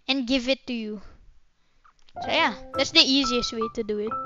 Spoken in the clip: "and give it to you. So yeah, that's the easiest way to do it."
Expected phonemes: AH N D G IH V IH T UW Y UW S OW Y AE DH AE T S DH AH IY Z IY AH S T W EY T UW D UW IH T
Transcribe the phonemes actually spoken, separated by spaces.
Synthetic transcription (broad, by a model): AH N G IH V IH T UW Y UW S OW Y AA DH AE T S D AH IY Z IY AH S T W EY T UW D UW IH T